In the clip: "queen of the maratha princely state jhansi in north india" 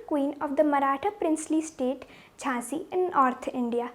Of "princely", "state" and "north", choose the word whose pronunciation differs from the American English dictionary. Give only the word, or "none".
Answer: north